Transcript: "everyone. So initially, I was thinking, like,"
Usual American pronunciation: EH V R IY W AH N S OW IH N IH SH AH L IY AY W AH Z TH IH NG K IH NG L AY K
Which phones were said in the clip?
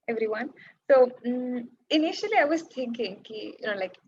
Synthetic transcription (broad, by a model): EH V R IY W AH N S OW IH N IH SH AH L IY AY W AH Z T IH NG K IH NG L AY K